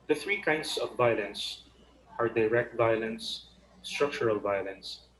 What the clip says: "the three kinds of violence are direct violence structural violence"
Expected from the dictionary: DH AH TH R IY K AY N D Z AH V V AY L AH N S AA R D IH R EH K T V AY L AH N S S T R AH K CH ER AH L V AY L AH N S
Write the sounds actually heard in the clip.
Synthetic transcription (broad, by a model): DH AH TH R IY K AY N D S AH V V AY L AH N S AA R D IH R EH K T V AY L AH N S S T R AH K CH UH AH L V AY L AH N S